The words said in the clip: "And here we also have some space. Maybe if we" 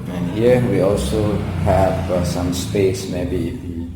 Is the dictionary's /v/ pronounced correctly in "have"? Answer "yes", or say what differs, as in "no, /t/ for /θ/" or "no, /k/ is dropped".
no, /f/ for /v/